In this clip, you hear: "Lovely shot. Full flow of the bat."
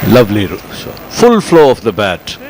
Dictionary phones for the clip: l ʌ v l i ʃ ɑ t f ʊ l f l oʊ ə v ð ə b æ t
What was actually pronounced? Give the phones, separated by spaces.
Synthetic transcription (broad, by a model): l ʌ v l i s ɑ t f ʊ l f l oʊ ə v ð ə b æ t